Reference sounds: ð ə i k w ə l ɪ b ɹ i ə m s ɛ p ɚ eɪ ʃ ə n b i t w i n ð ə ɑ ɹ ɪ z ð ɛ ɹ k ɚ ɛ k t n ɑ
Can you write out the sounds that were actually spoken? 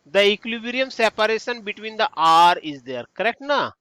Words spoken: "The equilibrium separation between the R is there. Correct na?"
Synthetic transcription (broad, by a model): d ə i k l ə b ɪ ɹ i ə m s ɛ p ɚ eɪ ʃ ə n b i t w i n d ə ɑ ɹ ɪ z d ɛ ɹ k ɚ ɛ k t n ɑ